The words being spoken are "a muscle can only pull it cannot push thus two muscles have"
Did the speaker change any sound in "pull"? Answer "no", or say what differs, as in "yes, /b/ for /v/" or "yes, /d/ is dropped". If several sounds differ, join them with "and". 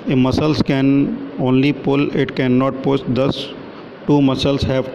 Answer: no